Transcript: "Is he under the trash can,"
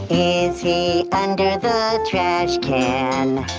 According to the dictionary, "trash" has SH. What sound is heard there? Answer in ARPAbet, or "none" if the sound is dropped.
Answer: SH